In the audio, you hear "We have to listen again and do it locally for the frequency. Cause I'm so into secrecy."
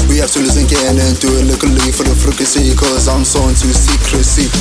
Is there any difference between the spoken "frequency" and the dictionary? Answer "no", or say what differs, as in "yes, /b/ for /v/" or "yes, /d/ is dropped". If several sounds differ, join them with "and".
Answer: yes, /n/ is dropped